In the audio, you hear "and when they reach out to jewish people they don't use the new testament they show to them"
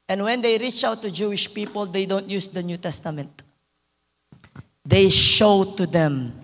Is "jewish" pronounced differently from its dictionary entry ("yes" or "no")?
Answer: no